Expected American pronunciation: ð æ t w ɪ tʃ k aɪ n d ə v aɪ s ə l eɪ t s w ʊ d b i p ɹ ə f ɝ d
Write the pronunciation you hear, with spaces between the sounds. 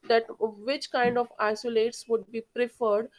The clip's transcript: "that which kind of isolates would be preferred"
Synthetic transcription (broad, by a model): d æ t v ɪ tʃ k aɪ n d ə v aɪ s ə l eɪ t s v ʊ d b i p ɹ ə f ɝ d